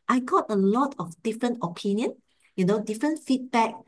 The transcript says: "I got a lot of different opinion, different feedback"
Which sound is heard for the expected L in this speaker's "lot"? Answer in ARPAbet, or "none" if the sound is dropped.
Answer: L